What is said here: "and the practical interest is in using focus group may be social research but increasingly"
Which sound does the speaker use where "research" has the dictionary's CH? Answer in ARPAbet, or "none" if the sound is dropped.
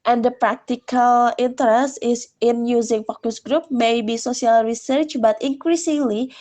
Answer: CH